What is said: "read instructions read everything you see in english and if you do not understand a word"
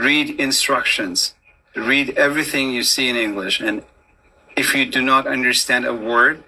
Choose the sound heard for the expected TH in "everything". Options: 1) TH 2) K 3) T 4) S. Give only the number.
1